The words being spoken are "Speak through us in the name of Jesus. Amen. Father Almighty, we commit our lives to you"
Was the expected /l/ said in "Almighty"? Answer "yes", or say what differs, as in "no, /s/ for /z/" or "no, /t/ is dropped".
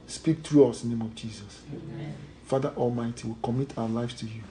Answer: yes